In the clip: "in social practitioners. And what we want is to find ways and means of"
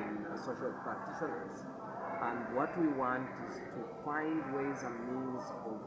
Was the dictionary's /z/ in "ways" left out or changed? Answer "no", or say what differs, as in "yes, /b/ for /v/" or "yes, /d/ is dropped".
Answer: no